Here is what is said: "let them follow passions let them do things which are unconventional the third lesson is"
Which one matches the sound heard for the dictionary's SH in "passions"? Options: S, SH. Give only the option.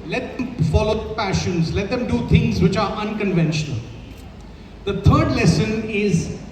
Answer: SH